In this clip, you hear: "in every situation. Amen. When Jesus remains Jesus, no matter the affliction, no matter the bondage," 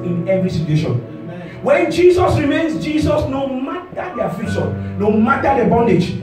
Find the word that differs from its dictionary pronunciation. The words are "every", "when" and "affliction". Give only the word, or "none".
affliction